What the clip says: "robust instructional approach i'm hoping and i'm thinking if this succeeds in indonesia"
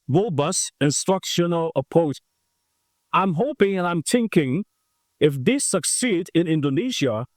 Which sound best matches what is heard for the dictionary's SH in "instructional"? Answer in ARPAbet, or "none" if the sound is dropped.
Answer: SH